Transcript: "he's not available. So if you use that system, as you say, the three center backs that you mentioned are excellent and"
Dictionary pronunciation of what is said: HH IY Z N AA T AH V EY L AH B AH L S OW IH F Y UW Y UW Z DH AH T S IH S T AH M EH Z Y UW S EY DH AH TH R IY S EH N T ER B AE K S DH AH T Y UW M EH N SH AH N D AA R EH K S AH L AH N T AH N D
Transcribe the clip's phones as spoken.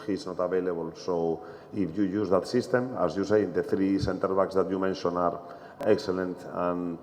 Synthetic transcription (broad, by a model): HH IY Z N AA T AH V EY L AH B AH L S OW IH F Y UW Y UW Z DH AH T S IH S T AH M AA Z Y UW S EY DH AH TH R IY S EH N T ER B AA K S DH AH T Y UW M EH N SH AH N AA R EH K S AH L AH N T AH N